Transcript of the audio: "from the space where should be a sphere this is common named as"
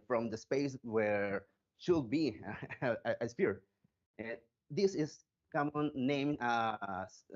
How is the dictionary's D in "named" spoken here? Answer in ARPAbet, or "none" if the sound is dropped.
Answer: none